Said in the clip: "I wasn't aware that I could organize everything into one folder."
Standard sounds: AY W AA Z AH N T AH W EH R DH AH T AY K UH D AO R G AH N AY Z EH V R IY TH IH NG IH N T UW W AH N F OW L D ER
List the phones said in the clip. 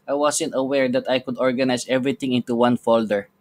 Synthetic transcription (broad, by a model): AY W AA S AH N T AH W EH R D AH T AY K UH D AO R G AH N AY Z EH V R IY T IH NG IH N T UW W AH N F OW L D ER